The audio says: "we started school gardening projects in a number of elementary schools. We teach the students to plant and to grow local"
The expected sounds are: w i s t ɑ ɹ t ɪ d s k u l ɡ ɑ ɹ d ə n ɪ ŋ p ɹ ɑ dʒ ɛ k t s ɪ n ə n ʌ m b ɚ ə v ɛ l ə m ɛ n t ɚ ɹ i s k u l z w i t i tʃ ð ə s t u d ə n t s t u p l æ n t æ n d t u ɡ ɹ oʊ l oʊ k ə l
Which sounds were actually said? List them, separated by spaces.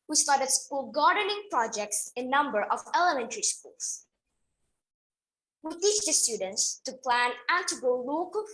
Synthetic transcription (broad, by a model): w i s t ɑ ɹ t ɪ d s k u l ɡ ɑ ɹ d ə n ɪ ŋ p ɹ ɑ dʒ ɛ k t s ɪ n n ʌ m b ɚ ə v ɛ l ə m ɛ n t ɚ ɹ i s k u l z w i t i tʃ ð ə s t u d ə n t s t u p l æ n æ n t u ɡ oʊ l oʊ k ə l